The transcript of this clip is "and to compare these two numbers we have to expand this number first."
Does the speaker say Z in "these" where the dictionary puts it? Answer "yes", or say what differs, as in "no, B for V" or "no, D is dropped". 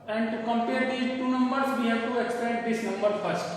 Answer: no, Z is dropped